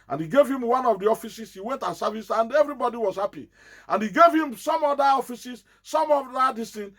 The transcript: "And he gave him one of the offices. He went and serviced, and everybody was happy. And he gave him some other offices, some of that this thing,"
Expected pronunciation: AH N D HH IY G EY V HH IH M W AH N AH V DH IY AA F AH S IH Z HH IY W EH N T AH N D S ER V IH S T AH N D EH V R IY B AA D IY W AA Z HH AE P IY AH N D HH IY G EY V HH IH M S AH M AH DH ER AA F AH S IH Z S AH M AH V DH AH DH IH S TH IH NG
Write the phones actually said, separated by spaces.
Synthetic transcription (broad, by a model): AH N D HH IY G EY V HH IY M W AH N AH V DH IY AA F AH S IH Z HH IY W EH N T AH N S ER V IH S AH N D EH V R IY B AA D IY W AA Z HH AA P IY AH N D HH IY G EY V HH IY M S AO M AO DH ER AA F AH S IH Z S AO M AH V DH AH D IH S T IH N